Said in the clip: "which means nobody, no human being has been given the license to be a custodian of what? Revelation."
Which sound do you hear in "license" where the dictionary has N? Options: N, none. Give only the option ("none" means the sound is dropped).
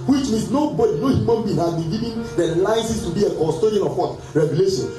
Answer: none